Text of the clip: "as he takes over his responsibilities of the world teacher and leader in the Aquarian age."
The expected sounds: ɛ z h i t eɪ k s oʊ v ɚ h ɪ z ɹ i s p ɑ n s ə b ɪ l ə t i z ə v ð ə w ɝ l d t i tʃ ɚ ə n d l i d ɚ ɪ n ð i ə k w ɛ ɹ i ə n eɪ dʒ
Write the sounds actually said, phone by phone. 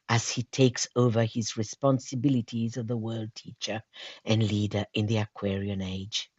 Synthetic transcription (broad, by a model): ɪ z h i t eɪ k s oʊ v ɚ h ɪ z ɹ i s p ɑ n s ə b ɪ l ə t i z ə v ð ə w ɝ l d t i tʃ ɚ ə n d l i d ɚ ɪ n ð i ə k w ɛ ɹ i ə n eɪ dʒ